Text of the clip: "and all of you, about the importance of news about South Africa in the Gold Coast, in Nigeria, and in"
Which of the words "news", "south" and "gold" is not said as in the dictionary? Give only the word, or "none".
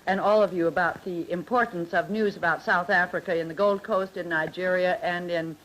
none